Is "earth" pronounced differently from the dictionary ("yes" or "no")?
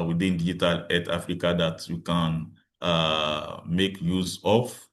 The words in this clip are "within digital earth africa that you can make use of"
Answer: yes